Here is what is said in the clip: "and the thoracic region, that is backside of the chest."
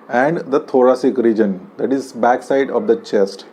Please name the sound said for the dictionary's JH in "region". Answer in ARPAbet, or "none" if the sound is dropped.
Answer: JH